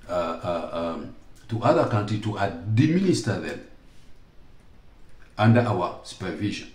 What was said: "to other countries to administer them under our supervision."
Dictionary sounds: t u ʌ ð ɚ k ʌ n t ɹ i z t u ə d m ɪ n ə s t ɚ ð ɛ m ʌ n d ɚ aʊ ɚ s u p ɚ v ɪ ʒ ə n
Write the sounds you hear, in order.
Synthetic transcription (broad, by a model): t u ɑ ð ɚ k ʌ n t ɹ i t u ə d m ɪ n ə s t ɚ ð ɛ m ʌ n d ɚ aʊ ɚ s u p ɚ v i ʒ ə n